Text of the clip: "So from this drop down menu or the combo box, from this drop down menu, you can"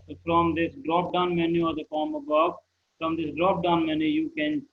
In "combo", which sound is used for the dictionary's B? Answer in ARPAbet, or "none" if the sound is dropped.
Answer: none